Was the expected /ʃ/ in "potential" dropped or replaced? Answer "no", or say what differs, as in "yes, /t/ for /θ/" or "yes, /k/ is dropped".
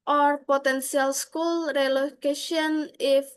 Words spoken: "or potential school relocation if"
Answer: yes, /s/ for /ʃ/